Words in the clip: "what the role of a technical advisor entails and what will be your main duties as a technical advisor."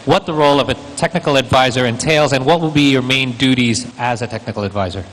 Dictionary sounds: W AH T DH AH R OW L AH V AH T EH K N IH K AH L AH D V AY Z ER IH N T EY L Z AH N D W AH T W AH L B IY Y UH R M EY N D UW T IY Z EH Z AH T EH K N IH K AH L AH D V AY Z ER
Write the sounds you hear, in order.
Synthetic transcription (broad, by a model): W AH T DH AH R OW L AH V AH T EH K N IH K L AH D V AY Z ER IH N T EY L Z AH N W AH T W AH L B IY Y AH R M EY N D UW T IY Z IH Z AH T EH K N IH K L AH D V AY Z ER